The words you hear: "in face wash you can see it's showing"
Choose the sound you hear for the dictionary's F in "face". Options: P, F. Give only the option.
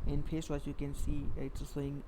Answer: P